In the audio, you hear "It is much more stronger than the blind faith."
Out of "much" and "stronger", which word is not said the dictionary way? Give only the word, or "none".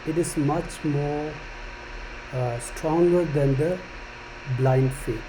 none